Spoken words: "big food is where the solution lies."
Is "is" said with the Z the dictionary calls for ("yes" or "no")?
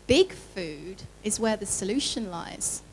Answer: yes